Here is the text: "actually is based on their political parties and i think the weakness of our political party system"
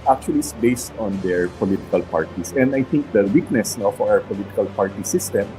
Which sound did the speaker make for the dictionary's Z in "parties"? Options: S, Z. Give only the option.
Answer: S